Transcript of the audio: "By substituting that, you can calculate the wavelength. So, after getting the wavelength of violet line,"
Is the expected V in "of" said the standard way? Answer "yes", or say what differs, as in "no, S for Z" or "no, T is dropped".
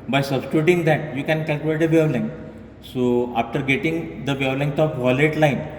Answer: no, P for V